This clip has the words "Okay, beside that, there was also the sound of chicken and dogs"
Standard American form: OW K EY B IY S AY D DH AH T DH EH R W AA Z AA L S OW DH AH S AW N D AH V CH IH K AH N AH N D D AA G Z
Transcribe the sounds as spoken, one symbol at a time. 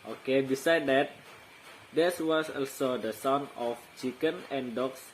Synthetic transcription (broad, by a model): OW K EY B IY S AY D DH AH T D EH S W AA S AA L S OW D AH S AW N AH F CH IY K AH N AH N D D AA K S